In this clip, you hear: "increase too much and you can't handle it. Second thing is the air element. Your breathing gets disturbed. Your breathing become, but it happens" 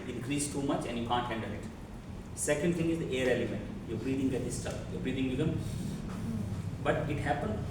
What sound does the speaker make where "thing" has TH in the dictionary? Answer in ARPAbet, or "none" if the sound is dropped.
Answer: T